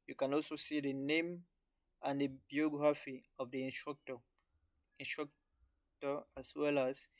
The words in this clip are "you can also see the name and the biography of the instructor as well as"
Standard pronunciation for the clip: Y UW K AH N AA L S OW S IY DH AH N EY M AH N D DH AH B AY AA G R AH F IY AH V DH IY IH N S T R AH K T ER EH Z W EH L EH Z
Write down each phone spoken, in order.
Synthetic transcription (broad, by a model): Y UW K AH N AA L S OW S IY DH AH N EY M AH N D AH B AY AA G R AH F IY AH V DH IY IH N S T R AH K T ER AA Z W EH L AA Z